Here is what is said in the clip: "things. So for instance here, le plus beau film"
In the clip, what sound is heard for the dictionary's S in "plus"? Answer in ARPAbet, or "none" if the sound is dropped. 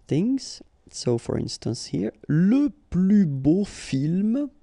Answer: none